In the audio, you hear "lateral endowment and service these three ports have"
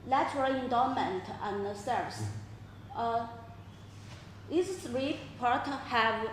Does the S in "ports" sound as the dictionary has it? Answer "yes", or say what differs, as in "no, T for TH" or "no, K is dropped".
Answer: no, S is dropped